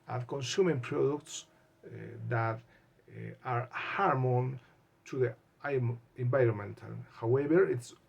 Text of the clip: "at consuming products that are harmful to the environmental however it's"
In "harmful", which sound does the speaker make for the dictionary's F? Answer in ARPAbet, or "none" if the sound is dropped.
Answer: none